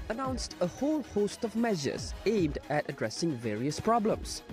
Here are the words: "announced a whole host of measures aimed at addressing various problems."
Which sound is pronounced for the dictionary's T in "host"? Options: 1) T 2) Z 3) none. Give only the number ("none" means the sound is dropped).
1